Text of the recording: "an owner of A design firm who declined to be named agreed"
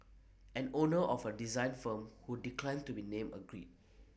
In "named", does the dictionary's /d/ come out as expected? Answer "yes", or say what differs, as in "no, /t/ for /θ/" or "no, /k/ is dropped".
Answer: no, /d/ is dropped